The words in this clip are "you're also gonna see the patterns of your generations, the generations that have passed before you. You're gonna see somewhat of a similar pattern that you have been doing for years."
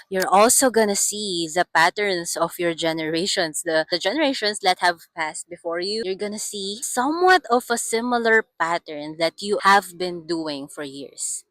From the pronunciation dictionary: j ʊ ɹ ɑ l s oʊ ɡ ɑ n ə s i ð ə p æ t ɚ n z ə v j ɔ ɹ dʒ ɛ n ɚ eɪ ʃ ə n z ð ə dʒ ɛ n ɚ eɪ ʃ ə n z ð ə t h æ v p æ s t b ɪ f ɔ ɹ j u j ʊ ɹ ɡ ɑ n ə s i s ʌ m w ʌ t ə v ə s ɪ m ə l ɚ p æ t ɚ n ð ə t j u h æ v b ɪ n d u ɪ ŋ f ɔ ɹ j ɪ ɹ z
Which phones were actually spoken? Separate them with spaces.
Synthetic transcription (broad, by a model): j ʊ ɹ ɑ l s oʊ ɡ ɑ n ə s i ð ə p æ t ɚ n s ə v j ɔ ɹ dʒ ɛ n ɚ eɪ ʃ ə n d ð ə dʒ ɛ n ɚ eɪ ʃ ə n s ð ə t h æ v p æ s t b ɪ f ɔ ɹ j u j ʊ ɹ ɡ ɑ n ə s i s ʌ m w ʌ t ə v ə s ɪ m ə l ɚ p æ t ɚ n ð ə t j u h æ v b ɪ n d u ɪ ŋ f ɔ ɹ j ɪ ɹ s